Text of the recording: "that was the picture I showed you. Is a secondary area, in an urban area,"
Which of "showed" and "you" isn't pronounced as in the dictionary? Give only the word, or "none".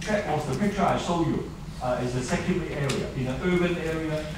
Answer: showed